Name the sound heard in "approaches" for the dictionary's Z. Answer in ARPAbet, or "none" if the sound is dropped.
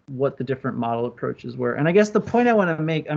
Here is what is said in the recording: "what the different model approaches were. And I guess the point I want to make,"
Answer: Z